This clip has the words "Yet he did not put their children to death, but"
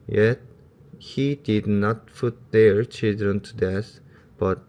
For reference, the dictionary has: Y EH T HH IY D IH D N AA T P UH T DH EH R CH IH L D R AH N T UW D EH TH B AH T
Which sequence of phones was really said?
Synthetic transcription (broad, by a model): Y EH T HH IY D IH D N AA T F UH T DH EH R CH IH L D R AH N T UW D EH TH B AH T